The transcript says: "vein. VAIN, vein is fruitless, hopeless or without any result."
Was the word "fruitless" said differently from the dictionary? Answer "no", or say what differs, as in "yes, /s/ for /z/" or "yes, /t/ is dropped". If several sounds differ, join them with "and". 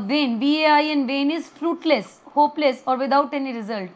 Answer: no